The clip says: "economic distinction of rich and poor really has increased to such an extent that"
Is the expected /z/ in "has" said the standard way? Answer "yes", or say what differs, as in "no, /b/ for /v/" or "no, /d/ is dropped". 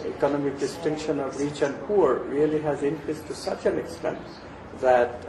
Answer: yes